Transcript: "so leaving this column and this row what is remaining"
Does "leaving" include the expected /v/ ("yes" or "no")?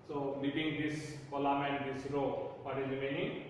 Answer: no